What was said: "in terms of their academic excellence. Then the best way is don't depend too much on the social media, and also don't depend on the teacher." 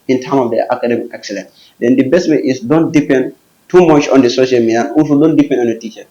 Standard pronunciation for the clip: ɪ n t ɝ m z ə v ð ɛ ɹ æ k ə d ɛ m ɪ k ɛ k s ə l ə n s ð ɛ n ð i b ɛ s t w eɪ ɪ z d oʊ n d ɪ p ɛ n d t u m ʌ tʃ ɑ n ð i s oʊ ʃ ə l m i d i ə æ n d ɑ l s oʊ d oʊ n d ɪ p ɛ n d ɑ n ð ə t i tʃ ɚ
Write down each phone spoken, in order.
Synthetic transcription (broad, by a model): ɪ n t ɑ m ə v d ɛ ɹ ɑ k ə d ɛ m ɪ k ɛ k s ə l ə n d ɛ n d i b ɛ s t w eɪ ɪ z d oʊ n d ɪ p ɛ n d t u m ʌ tʃ ɑ n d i s oʊ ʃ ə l m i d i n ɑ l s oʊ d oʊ n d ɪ p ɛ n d ɑ n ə t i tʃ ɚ